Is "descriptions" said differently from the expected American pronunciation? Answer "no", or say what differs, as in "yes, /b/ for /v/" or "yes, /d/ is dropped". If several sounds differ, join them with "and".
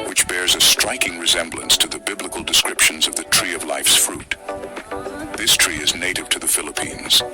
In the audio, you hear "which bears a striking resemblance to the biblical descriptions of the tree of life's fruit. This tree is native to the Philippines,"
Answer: no